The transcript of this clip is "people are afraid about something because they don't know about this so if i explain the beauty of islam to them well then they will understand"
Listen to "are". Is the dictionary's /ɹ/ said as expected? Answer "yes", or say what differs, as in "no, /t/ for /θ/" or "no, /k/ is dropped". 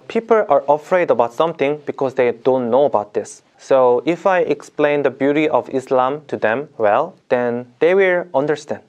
yes